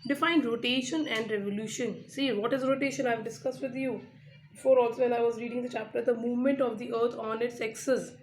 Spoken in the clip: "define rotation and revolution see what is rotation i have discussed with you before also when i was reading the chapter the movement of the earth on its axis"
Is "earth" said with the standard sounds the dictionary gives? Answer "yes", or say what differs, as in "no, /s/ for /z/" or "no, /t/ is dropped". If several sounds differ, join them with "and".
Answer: no, /t/ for /θ/